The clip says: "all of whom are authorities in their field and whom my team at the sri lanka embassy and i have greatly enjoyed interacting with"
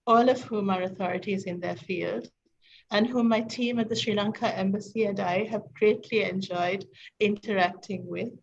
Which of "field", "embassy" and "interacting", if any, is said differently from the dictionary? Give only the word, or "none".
none